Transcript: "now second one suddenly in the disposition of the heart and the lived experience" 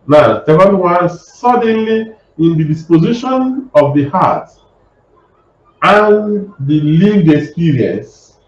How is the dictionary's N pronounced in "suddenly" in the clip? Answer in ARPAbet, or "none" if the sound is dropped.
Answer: N